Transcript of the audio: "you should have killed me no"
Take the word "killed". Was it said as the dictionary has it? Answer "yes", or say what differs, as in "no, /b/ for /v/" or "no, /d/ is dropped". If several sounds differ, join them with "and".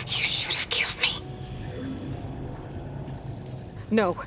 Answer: yes